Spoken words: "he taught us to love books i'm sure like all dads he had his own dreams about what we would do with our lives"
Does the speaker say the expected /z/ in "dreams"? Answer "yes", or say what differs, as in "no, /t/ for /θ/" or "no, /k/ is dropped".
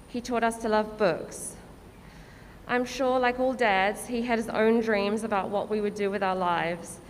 yes